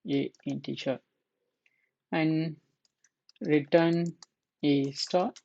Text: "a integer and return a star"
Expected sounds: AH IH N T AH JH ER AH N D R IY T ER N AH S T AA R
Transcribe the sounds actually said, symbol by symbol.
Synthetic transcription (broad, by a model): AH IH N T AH CH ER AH N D R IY T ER N AH S T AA